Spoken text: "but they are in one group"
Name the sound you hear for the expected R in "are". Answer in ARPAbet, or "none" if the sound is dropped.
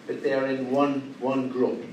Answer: W